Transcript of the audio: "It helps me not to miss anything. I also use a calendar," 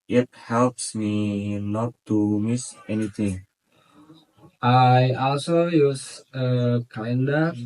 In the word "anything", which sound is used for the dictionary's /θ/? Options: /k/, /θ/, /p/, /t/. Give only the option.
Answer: /t/